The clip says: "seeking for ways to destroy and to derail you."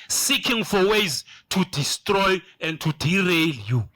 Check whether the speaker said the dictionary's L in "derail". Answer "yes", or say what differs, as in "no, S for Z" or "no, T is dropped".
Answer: yes